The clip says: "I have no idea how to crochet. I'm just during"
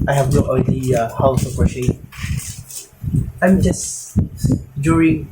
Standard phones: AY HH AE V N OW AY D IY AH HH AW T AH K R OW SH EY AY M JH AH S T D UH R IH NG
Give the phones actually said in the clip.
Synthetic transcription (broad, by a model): AY HH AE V N OW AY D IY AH HH AW S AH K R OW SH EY AY M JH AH S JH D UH R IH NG